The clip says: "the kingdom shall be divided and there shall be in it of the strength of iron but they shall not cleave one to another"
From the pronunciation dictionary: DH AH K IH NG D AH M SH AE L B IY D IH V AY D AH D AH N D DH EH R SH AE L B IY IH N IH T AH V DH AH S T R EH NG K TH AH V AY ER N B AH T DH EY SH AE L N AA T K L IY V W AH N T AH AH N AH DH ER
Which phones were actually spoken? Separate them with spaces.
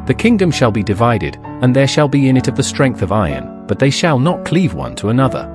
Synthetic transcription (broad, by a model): DH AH K IH NG D AH M SH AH L B IY D IH V AY D AH D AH N DH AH R SH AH L B IY IH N IH T AH V DH AH S T R EH NG K TH AH V AY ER N B AH T DH EY SH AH L N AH T K L IY V W AH N T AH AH N AH DH ER